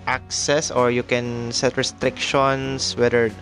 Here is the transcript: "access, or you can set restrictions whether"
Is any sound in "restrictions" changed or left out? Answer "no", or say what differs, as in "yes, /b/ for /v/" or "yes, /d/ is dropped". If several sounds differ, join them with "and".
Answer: yes, /s/ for /z/